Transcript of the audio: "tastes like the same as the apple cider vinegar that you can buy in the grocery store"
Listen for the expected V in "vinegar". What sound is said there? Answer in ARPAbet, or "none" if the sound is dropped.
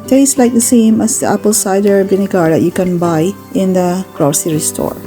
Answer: B